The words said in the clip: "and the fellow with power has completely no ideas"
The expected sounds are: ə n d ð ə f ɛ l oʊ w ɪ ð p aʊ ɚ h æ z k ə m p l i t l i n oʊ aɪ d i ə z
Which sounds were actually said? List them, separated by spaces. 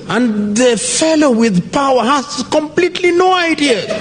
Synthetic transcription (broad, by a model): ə n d ð ə f ɛ l oʊ w ɪ ð p aʊ ɚ h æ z k ə m p l i t l i n oʊ aɪ d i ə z